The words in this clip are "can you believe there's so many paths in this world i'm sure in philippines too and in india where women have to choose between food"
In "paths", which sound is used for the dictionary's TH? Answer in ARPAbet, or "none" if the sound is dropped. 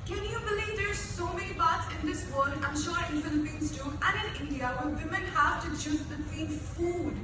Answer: T